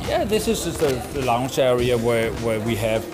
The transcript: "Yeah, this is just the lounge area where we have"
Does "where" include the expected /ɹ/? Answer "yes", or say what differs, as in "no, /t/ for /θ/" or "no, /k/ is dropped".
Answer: no, /w/ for /ɹ/